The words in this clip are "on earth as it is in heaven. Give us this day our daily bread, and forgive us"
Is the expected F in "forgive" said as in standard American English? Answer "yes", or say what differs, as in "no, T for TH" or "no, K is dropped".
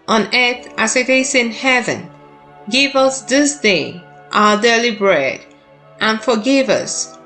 yes